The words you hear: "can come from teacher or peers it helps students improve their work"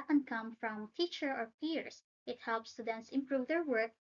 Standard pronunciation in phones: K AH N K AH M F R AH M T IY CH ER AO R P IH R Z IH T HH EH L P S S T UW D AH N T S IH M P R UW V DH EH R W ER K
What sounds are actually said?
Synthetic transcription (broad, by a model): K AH N K AH M F R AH M T IY CH ER AO R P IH R S IH T HH EH L P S S T UW D AH N T S IH M P R UW V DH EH R W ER K